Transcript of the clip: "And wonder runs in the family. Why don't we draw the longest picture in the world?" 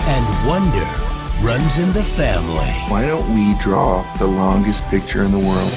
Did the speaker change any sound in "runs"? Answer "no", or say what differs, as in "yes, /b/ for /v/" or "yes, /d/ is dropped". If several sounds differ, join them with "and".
no